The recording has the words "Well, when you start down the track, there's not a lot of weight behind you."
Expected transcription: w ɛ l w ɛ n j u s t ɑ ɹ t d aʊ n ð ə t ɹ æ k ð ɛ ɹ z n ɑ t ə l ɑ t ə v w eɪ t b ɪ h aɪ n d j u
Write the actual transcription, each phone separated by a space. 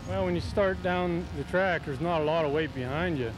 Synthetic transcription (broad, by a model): w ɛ l w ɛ n j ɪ s t ɑ ɹ t d aʊ n ð ə t ɹ æ k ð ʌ ɹ z n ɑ t ə l ɑ t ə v w eɪ t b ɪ h aɪ n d j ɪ